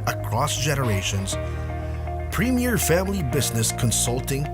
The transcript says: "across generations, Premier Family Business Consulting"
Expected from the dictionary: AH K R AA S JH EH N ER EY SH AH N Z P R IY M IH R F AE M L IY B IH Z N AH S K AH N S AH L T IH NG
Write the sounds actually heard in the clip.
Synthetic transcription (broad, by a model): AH K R AA S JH EH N ER EY SH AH N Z P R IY M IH R F AE M L IY B IH Z N AH S K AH N S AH L T IH NG